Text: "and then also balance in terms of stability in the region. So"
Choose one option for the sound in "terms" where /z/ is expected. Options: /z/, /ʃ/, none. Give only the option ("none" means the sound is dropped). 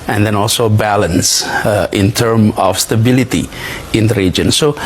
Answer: none